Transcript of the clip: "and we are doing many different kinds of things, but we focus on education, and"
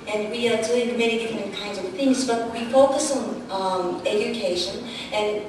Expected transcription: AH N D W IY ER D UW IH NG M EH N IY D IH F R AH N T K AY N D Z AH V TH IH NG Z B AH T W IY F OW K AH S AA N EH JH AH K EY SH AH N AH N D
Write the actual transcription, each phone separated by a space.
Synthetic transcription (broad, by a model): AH N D W IY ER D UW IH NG M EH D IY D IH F R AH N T K AY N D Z AH V TH IH NG Z B AH T W IY F OW K AH S N EH JH AH K EY SH AH N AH N